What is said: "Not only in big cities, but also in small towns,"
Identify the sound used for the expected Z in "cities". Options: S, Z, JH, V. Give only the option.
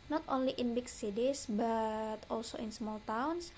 S